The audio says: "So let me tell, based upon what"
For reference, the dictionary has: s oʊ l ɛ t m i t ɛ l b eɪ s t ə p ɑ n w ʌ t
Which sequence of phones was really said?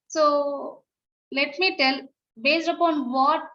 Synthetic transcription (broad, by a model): s oʊ l ɛ t m i t ɛ l b eɪ s t ə p ɑ n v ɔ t